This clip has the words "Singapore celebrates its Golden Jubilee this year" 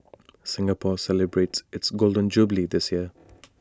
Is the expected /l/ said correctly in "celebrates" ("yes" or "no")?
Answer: yes